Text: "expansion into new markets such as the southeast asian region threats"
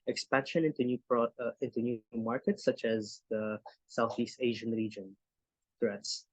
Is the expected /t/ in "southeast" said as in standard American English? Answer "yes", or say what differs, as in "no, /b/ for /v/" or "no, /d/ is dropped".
yes